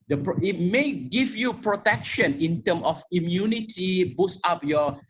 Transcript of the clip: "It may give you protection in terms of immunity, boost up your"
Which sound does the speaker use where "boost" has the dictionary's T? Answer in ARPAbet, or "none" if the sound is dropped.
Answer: none